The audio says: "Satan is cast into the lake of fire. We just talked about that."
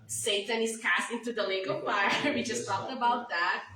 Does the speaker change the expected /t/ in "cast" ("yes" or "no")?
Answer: no